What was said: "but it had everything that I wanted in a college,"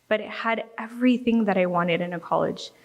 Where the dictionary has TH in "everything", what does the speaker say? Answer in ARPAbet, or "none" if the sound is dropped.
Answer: TH